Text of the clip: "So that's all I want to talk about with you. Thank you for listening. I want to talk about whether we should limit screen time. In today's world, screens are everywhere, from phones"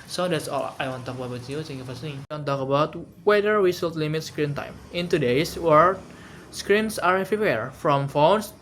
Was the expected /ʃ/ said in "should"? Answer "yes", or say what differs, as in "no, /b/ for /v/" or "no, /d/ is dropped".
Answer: no, /s/ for /ʃ/